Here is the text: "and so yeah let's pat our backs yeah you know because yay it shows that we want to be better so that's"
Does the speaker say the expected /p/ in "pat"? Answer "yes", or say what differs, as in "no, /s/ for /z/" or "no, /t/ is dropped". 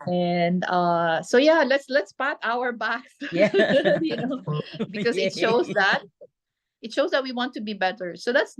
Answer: yes